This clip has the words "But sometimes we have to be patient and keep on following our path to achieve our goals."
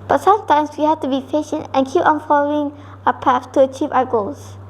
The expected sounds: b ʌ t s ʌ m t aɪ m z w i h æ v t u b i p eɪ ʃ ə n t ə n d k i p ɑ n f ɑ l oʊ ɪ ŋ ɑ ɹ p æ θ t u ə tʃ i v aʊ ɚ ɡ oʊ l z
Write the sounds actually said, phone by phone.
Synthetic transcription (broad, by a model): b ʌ t s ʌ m t aɪ m s w i h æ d t u b i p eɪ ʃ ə n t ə n k i p ɑ n f ɑ l oʊ ɪ ŋ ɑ p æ f t u ə tʃ i v aʊ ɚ ɡ oʊ l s